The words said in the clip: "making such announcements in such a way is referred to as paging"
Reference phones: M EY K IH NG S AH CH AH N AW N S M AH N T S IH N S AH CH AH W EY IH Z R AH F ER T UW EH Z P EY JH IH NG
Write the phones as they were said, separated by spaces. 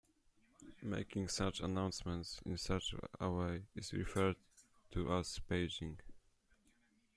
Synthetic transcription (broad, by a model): M EY K IH NG S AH CH AH N AW N S M AH N T S IH N S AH CH AH W EY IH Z R AH F ER T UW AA S P EY JH IH NG